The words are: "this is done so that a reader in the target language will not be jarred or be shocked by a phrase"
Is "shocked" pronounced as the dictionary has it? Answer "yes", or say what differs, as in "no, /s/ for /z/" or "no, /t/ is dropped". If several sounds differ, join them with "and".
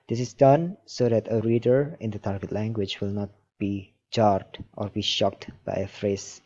yes